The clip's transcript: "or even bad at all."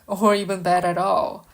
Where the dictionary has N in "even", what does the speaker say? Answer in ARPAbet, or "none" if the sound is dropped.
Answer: N